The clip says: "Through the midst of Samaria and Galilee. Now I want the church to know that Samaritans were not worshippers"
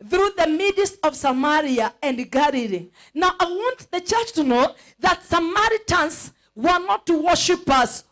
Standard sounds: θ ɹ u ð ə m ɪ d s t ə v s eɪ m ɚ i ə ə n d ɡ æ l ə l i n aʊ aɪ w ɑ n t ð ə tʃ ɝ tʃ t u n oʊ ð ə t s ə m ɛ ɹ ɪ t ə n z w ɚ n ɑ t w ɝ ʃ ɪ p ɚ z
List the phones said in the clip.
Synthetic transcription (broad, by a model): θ ɹ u ð ə m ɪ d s ə v s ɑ m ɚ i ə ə n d ɡ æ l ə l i n aʊ aɪ w ɑ n t ð ə tʃ ɝ tʃ t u n oʊ ð ə t s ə m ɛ ɹ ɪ t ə n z w ɚ n ɑ t w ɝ ʃ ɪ p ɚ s